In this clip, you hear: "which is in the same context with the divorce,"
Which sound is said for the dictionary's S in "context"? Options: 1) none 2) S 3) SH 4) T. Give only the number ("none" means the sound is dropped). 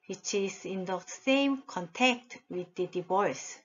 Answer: 1